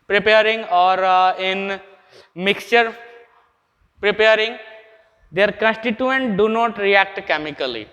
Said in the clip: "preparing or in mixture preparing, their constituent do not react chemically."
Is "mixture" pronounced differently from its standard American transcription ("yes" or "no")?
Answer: no